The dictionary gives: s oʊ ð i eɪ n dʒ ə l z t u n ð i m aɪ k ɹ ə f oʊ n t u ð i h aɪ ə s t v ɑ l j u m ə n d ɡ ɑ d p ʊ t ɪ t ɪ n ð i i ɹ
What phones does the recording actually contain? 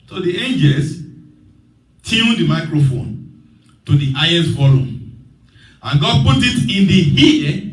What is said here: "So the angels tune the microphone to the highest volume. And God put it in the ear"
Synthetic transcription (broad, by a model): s oʊ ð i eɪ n dʒ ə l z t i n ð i m aɪ k ɹ ə f oʊ n t u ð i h aɪ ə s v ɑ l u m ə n ɡ ɑ d p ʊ t ɪ t ɪ n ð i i